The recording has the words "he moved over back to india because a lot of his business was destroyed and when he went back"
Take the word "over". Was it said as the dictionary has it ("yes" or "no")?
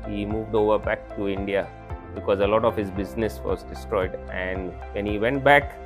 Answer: yes